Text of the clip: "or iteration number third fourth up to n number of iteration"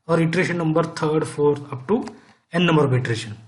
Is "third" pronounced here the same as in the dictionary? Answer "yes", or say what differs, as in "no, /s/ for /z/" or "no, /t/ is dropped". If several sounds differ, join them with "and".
no, /t/ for /θ/